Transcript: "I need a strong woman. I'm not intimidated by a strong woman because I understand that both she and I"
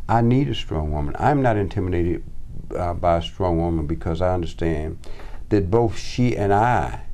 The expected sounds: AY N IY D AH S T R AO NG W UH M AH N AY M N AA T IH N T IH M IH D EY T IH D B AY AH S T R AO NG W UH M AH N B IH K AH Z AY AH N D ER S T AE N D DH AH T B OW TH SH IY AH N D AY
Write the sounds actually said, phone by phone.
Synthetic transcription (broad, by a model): AY N IY D AH S T R AO NG W UH M AH N AY M N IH T IH N T IH M IH D EY T IH D B AY AH S T R AO NG W UH M AH N B IH K AH Z AY AH N D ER S T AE N DH AH T B OW TH SH IY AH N AY